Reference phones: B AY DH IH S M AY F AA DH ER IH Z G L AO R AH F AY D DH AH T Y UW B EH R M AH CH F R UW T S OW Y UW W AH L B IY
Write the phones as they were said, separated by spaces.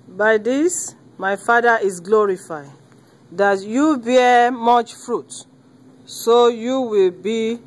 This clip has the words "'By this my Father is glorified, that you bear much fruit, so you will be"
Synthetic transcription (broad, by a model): B AY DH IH S M AY F AA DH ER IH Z G L AO R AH F AY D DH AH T Y UW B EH M AH CH F R UW T S OW Y UW W AH L B IY